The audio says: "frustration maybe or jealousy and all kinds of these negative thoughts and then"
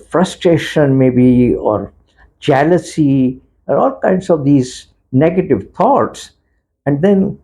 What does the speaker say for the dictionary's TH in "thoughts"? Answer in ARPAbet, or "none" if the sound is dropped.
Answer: T